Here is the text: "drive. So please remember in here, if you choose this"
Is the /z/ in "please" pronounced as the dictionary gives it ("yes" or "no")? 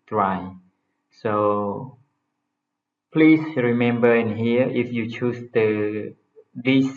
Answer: no